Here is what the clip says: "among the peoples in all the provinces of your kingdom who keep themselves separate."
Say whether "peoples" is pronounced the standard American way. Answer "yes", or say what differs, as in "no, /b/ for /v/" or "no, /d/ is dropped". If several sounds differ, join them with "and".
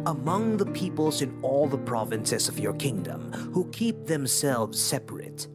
yes